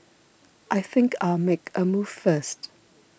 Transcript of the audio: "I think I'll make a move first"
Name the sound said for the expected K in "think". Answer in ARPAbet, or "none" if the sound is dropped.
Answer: K